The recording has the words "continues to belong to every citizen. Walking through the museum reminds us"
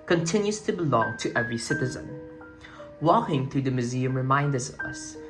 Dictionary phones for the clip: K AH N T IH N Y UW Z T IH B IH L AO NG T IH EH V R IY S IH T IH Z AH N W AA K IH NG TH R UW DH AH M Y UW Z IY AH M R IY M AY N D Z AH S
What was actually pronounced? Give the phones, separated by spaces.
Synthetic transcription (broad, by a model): K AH N T IH N Y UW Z T IH B IH L AO NG T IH EH V R IY S IH T IH Z AH N W AA K IH NG TH R UW DH AH M Y UW Z IY AH M R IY M AY N D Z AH S